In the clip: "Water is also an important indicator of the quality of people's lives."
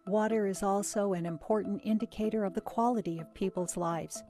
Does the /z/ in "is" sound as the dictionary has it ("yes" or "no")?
yes